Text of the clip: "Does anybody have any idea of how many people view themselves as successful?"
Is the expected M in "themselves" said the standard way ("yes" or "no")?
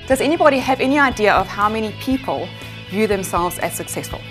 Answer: yes